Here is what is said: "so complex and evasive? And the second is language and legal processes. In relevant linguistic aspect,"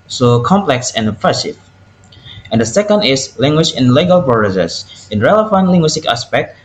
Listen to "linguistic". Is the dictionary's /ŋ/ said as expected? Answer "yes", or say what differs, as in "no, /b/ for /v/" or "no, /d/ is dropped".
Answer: yes